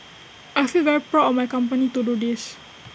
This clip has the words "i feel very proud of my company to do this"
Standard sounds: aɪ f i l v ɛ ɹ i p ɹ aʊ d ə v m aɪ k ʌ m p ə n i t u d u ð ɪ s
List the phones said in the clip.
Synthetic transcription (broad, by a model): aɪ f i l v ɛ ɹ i p ɹ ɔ ə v m aɪ k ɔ m p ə n i t u d u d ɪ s